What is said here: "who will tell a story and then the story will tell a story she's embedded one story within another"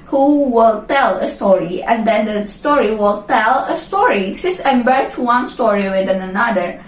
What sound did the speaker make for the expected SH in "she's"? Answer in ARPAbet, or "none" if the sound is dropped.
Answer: S